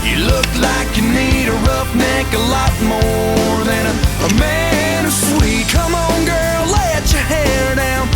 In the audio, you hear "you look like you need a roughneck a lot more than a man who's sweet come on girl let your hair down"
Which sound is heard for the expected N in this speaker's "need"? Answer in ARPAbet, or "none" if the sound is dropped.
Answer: N